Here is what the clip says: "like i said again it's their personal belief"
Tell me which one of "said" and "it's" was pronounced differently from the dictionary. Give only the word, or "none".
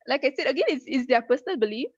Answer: it's